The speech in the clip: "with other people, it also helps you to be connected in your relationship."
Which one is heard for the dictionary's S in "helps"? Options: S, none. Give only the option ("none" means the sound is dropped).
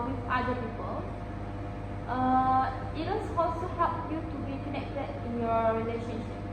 none